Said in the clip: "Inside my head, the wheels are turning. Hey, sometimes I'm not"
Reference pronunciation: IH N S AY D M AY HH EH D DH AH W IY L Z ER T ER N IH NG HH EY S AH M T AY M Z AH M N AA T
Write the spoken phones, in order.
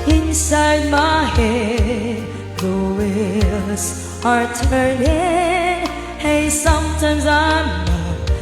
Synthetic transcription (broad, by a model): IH N S AY D M AY HH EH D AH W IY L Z ER T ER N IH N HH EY S AH M T AY M Z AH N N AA